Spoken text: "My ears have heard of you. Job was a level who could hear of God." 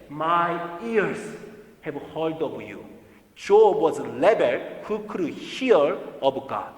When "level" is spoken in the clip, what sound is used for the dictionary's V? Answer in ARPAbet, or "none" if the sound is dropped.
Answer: B